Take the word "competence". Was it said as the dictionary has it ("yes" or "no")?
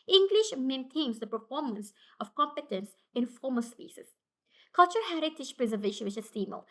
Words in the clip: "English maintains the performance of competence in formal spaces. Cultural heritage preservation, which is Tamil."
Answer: yes